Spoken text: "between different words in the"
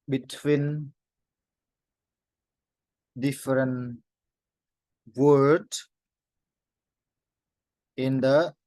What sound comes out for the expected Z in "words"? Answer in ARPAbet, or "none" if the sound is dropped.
none